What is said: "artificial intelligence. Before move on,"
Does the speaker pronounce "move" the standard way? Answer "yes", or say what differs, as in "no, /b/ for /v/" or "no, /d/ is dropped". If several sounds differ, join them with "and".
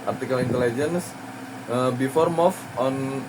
no, /f/ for /v/